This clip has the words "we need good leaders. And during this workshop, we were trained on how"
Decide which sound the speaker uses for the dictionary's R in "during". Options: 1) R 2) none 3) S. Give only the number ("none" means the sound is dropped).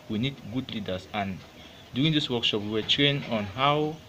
2